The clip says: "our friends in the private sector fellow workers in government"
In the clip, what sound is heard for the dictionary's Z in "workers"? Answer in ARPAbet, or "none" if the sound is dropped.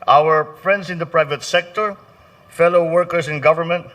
S